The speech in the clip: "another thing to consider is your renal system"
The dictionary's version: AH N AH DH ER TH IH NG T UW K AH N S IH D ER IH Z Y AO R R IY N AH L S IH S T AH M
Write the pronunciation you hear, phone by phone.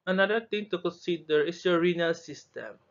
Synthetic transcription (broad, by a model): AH N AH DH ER T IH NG T UW K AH N S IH D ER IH S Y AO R R IY N AH L S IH S T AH M